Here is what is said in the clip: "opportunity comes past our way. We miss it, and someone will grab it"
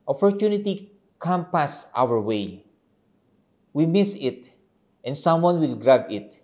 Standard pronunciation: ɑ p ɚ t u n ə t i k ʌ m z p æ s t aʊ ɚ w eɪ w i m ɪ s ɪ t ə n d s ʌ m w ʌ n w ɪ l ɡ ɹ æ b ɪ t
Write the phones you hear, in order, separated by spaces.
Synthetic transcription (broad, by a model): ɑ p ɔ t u n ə t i k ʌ m p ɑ s t aʊ ɚ w eɪ w i m ɪ s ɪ t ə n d s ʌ m w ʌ n w ɪ l ɡ ɹ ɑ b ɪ t